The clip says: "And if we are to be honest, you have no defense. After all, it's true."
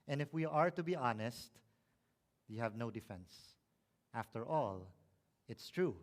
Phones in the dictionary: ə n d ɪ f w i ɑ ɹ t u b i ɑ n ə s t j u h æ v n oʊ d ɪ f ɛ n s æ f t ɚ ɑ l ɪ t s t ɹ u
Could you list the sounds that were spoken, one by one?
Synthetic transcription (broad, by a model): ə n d ɪ f w i ɑ ɹ t u b i ɑ n ə s t j u h æ v n oʊ d ɪ f ɛ n s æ f t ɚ ɑ l ɪ t s t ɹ u